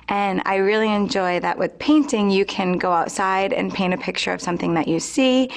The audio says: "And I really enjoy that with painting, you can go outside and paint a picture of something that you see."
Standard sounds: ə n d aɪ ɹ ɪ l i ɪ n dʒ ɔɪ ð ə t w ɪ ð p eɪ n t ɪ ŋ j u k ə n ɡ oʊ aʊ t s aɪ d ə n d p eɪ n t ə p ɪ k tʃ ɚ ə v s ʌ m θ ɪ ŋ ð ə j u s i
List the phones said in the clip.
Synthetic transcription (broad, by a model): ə n aɪ ɹ ɪ l i ɪ n dʒ ɔɪ ð ə t w ɪ ð p eɪ n t ɪ ŋ j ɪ k ə n ɡ oʊ aʊ t s aɪ d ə n p eɪ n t ə p ɪ k tʃ ɚ ə v s ʌ m θ ɪ ŋ ð ə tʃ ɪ s i